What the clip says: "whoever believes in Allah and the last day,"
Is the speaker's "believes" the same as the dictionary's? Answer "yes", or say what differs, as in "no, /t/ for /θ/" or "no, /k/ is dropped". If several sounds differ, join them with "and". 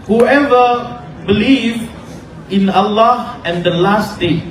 no, /z/ is dropped